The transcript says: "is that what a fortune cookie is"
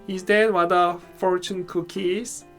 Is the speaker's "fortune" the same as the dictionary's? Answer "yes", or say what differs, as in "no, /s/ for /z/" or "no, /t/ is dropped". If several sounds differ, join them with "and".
yes